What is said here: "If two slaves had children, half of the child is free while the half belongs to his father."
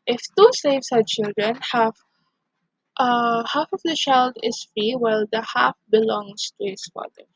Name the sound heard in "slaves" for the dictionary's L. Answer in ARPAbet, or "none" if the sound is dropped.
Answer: none